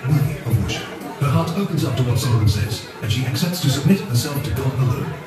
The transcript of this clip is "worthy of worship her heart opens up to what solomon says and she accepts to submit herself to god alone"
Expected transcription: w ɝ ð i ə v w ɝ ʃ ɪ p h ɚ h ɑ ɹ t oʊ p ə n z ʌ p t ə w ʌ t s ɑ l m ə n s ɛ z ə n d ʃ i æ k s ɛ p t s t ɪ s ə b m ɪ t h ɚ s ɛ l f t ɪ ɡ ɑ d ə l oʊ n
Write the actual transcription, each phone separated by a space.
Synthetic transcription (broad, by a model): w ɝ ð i ə v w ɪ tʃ h ɚ h ɑ ɹ t oʊ p ə n z ʌ p t ə w ʌ t s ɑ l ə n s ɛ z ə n ʃ i æ k s ɛ p t s t ɪ s ə b m ɪ t h ɚ s ɛ l f t ɪ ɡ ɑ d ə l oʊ